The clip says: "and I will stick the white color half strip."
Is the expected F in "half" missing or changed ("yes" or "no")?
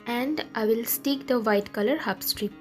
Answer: yes